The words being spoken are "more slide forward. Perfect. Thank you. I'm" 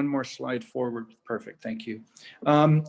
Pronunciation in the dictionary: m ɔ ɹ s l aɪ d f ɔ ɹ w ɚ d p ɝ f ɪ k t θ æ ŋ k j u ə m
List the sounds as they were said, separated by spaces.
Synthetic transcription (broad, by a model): m ɔ ɹ s l aɪ d f ɔ ɹ w ɚ d p ɝ f ɪ k t θ æ ŋ k j u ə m